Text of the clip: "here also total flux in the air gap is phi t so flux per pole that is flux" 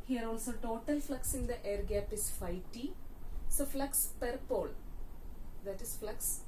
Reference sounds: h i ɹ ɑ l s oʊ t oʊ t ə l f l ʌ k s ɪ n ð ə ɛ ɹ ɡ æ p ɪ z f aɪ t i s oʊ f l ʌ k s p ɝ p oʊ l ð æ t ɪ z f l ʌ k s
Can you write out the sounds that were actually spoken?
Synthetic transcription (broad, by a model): h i ɹ ɑ l s oʊ t oʊ t ə l f l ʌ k s ɪ n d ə ɛ ɹ ɡ æ p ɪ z f aɪ t i s oʊ f l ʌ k s p ɝ p oʊ l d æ t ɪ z f l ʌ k s